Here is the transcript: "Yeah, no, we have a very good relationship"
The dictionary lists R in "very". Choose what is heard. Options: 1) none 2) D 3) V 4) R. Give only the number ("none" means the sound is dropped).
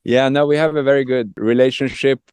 4